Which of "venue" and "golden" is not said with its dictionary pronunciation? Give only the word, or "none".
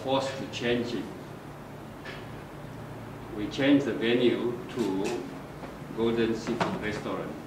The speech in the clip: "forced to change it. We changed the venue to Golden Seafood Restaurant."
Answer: none